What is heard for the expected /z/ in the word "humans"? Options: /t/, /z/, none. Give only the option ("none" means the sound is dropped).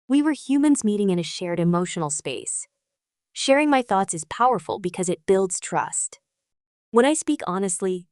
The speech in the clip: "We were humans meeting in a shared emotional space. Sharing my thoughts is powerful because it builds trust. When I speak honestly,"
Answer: /z/